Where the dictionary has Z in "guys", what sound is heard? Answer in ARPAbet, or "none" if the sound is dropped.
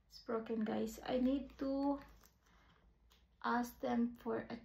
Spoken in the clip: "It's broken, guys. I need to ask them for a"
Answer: S